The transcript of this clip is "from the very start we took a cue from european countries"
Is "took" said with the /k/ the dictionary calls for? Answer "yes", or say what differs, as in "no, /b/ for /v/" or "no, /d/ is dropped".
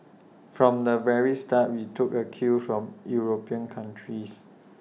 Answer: yes